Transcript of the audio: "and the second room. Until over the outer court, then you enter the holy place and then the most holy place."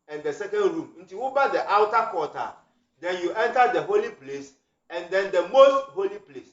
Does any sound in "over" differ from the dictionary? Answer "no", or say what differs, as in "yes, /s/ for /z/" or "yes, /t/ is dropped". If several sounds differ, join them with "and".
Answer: yes, /b/ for /v/